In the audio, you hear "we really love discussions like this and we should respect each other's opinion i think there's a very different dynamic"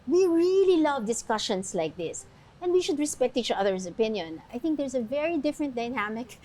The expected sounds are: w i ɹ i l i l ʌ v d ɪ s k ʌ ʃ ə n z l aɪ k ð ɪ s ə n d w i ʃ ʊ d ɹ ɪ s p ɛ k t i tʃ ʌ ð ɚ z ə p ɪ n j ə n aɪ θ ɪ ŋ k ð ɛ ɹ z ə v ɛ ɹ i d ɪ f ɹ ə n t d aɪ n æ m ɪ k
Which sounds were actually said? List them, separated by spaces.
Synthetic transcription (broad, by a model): w i ɹ i l i l ʌ v d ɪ s k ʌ ʃ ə n s l aɪ k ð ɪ s ə n d w i ʃ ʊ d ɹ ɪ s p ɛ k t i tʃ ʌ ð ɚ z ə p ɪ n j ə n aɪ θ ɪ ŋ k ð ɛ ɹ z ə v ɛ ɹ i d ɪ f ɹ ə n t d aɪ n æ m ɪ k